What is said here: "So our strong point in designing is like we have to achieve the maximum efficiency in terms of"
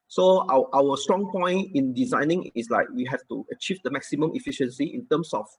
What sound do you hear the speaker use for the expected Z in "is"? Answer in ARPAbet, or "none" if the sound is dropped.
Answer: S